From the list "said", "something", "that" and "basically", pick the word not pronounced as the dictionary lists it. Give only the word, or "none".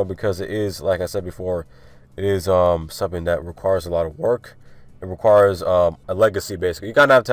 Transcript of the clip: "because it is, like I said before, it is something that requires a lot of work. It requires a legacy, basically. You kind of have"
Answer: none